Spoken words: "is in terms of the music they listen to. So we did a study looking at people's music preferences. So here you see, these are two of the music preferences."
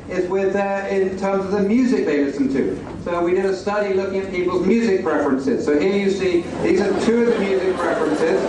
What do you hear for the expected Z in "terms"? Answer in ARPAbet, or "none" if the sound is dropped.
Z